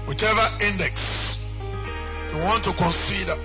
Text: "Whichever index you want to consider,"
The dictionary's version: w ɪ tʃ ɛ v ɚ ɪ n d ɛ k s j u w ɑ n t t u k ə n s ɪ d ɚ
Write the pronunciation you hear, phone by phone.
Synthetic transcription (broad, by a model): w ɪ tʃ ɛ v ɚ ɪ n d ɛ k s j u w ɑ n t t u k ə n s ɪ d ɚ